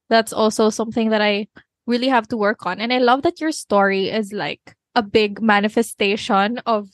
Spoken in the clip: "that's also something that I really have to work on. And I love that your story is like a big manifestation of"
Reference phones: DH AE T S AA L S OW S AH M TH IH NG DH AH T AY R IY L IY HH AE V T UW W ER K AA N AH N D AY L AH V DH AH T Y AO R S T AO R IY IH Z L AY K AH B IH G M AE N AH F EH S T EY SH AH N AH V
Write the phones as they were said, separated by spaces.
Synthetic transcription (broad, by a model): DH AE T S AA L S OW S AH M TH IH NG DH AH T AY R IY L IY HH AE V T UW W ER K AA N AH N AY L AH V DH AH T Y AO R S T AO R IY IH Z L AY K AH B IH G M AE N AH F EH S T EY SH AH N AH V